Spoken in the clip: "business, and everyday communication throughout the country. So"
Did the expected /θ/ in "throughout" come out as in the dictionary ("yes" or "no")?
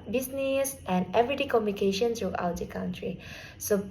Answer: no